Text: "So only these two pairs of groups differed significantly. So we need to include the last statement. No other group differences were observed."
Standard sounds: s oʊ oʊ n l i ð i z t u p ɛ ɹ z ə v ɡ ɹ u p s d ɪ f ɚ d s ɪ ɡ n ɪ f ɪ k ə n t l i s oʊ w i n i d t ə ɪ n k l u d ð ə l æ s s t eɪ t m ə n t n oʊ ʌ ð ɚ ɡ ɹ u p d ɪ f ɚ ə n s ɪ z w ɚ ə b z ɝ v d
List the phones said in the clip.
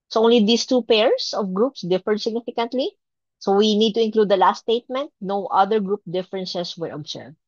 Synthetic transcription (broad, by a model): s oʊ oʊ n l i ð i s t u p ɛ ɹ s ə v ɡ ɹ u p s d ɪ f ɚ d s ɪ ɡ n ɪ f ɪ k ə n t l i s oʊ w i n i d t ə ɪ n k l u d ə l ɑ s s t eɪ t m ə n t n oʊ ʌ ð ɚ ɡ ɹ u p d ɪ f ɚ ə n s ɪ s w ɚ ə b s ɝ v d